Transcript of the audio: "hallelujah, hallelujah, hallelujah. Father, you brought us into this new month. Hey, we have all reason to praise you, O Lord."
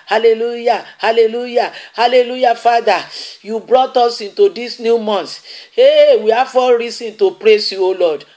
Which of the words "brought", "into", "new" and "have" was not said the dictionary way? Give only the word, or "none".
have